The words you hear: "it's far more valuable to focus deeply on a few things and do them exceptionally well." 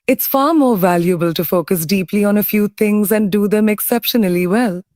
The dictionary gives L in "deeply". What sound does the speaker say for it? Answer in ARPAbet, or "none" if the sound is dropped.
L